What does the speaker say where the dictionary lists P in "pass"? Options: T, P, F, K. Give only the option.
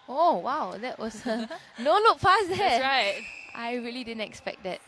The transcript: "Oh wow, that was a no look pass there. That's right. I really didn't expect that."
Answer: F